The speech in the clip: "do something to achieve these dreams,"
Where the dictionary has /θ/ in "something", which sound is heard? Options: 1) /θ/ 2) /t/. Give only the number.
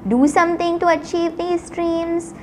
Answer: 2